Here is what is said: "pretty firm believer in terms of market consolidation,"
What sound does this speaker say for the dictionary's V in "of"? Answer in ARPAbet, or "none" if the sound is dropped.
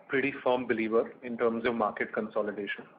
V